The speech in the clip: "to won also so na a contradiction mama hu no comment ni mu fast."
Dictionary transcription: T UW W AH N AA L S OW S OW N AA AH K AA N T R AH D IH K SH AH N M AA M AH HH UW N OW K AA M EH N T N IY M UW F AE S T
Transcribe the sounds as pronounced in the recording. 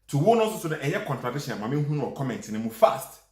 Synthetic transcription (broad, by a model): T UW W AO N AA S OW S OW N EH AH K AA N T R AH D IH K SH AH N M AA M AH HH UW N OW K AA M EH N T N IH M UW F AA S T